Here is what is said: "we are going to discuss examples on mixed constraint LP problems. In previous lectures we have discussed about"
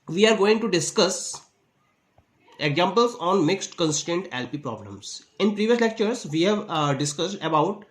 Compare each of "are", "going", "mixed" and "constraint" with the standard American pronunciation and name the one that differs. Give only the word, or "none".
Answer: constraint